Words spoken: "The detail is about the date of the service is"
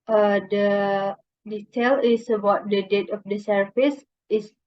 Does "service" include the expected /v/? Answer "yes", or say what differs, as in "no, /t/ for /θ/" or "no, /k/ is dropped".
no, /f/ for /v/